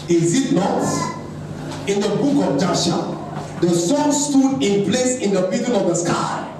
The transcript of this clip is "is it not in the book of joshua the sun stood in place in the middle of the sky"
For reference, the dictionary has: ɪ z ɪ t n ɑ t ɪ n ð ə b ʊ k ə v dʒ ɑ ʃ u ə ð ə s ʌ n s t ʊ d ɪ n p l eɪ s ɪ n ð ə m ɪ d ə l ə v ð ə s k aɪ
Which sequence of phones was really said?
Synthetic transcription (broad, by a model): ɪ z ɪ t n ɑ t ɪ n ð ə b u k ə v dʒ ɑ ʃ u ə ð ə s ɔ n s t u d ɪ n p l eɪ s ɪ n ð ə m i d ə n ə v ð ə s k aɪ